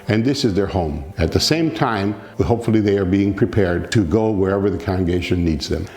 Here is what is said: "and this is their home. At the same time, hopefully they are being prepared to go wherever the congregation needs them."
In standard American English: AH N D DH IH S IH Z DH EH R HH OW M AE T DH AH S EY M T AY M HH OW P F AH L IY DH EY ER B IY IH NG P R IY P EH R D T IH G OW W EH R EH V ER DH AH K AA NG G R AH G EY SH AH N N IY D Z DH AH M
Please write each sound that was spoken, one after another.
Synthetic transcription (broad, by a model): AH N DH IH S IH Z DH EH R HH OW M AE T DH AH S EY M T AY M HH OW P F L IY DH EY ER B IY IH NG P R IY P EH R D T IH G OW W EH R EH V ER DH AH K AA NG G AH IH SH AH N N IY D Z DH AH M